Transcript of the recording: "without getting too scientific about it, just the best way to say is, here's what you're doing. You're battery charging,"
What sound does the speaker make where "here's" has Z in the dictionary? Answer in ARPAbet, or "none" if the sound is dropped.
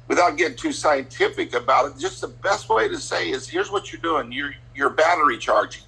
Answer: Z